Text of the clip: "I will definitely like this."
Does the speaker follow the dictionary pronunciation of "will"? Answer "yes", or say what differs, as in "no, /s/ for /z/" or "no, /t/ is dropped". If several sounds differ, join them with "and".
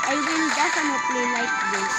no, /n/ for /l/